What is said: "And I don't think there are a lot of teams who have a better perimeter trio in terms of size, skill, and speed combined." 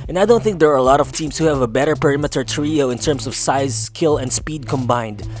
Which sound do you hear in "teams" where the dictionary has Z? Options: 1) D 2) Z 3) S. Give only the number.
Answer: 3